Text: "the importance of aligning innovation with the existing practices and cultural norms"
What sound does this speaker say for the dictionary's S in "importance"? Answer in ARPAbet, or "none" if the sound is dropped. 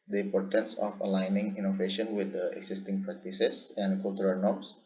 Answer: S